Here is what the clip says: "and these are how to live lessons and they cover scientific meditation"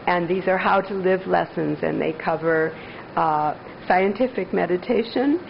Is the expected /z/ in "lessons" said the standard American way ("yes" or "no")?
yes